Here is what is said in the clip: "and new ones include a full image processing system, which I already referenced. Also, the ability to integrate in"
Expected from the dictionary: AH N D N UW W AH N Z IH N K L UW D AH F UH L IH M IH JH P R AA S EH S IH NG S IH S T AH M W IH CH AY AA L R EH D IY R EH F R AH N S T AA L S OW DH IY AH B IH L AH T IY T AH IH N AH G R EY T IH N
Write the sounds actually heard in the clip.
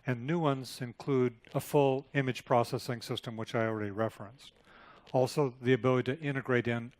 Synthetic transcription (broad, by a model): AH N N UW W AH N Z IH N K L UW D AH F UH L IH M IH JH P R AA S EH S IH NG S IH S T AH M W IH CH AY AA L R EH D IY R EH F R AH N S T AA L S OW DH IY AH B IH L AH T IY T IH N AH G R EY T IH N